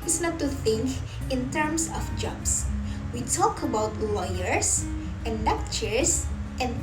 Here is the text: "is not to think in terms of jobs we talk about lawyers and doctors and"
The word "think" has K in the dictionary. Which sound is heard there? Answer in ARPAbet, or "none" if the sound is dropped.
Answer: K